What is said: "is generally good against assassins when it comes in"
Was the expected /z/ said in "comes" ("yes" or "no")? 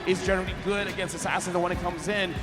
yes